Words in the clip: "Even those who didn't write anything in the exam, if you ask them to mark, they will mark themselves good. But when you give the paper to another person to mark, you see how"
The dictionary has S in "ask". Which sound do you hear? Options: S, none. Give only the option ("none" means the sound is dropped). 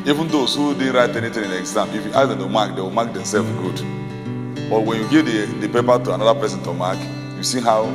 none